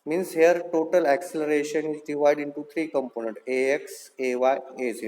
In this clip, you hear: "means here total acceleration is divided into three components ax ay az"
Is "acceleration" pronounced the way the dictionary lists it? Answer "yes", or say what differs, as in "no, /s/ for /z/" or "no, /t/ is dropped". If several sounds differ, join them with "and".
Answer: yes